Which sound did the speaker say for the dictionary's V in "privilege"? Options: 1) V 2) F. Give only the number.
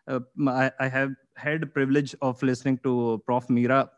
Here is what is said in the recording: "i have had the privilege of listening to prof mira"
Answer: 1